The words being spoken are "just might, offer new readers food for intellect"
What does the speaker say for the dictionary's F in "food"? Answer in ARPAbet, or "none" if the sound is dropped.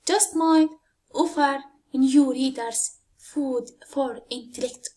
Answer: F